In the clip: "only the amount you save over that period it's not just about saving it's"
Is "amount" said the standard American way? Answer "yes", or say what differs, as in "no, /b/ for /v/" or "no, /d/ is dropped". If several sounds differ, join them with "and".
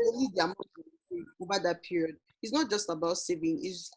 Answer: no, /n/ is dropped